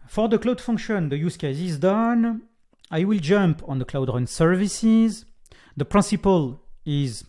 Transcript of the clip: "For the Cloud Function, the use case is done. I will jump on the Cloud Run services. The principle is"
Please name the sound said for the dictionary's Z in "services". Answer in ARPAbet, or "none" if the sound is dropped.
Z